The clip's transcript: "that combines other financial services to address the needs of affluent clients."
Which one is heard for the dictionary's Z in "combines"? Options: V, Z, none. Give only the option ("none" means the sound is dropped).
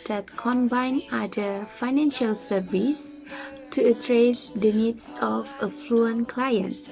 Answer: none